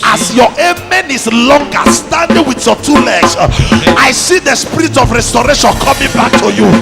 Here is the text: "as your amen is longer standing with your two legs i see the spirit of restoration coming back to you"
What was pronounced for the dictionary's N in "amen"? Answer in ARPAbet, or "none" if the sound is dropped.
N